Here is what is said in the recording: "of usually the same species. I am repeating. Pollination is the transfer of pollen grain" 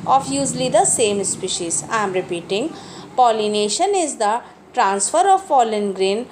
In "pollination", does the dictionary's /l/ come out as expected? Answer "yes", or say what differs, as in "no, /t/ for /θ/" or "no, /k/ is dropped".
yes